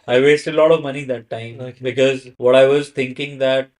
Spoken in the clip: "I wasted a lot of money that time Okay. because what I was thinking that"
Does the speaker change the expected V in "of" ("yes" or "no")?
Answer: no